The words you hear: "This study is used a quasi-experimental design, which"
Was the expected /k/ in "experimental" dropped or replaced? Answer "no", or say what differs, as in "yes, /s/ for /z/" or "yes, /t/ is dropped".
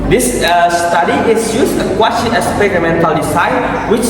yes, /k/ is dropped